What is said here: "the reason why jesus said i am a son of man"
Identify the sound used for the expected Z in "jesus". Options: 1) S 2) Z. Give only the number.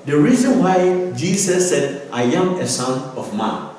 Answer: 1